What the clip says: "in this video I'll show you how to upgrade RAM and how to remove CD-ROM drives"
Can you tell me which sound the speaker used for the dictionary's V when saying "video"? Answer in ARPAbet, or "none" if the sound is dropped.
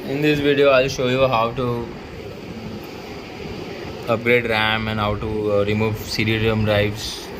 V